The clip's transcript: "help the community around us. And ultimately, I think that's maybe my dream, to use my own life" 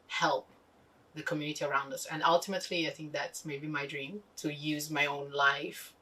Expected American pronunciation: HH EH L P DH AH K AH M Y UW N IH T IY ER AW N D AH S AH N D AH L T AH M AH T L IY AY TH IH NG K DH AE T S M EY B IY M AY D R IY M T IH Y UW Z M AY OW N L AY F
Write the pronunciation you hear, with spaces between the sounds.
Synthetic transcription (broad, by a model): HH EH L P DH AH K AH M Y UW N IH T IY ER AW N D AH S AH N AH L T AH M AH T L IY AY TH IH NG K DH AE T S M EY B IY M AY D R IY M T IH Y UW Z M AY OW N L AY F